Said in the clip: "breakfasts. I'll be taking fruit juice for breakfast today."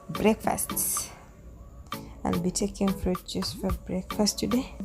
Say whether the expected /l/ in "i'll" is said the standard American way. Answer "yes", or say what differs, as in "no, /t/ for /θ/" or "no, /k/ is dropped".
no, /n/ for /l/